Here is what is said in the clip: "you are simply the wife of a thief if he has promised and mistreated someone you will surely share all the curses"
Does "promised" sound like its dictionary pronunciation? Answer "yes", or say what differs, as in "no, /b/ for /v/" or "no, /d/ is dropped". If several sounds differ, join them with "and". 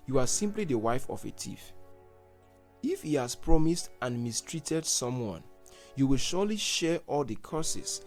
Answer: yes